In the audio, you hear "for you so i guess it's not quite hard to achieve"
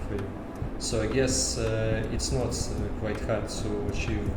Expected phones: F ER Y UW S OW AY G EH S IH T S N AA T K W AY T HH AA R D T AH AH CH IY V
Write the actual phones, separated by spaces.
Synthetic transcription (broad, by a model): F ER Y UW S OW AY G EH S IH T S N AA T K W AY T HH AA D S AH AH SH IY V